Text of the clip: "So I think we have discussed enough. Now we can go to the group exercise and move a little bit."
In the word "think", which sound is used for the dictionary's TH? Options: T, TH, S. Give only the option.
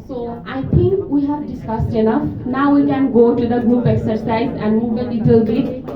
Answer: T